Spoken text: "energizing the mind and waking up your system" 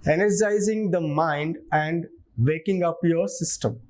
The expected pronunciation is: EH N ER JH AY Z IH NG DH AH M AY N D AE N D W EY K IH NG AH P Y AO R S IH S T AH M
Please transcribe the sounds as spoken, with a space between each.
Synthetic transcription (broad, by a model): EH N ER JH AY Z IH NG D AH M AY N D AE N D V EY K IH NG AH P Y AO R S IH S T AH M